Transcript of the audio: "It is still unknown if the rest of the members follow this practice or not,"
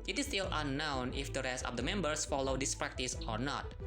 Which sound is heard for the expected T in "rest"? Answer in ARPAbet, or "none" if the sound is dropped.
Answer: T